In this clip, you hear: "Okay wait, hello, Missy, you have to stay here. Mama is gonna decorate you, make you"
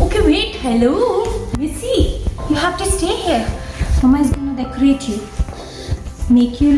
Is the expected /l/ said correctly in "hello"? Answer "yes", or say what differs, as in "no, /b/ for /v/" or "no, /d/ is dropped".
yes